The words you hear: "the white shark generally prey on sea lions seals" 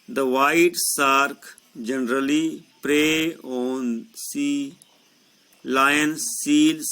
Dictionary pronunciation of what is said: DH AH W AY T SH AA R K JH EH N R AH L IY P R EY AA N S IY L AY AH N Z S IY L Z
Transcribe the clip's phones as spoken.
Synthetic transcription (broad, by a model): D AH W AY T S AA R K JH EH N R AH L IY P R EY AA N S IY L AY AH N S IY L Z